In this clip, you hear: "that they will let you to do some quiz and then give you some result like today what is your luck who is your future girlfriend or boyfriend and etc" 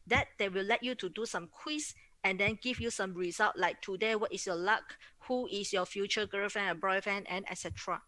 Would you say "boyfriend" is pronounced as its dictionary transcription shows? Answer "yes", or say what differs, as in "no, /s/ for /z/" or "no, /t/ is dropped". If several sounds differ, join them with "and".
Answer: no, /d/ is dropped